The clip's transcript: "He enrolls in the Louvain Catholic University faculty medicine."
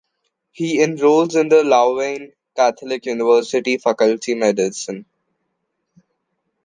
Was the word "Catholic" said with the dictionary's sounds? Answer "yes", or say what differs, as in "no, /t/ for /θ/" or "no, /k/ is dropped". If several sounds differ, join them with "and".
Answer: no, /t/ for /θ/